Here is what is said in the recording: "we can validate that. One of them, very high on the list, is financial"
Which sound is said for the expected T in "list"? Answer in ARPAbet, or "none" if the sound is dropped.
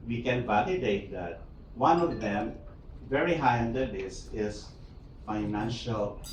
none